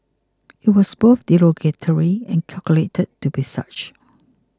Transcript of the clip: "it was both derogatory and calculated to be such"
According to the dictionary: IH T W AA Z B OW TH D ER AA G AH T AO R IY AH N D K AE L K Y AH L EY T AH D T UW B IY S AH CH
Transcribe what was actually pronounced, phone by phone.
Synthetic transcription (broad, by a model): IH T W AA S B OW TH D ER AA G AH T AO R IY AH N K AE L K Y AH L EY T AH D T UW B IY S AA CH